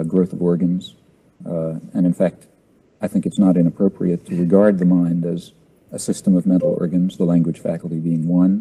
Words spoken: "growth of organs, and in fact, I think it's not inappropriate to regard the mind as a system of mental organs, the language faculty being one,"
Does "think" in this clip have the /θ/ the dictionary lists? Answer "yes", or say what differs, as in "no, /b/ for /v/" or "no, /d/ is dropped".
yes